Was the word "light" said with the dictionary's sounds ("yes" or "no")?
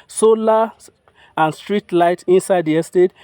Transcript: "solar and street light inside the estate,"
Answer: yes